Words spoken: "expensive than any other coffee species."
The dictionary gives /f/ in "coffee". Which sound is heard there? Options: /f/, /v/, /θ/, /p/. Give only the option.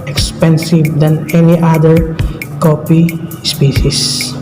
/p/